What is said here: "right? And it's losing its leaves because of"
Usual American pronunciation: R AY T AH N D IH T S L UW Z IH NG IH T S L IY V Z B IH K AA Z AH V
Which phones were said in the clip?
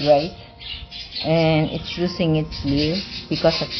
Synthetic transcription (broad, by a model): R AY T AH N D IH T S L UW S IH NG IH T S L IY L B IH K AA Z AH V